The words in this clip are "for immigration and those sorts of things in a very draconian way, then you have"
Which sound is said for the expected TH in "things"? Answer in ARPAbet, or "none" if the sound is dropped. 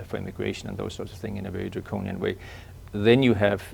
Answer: TH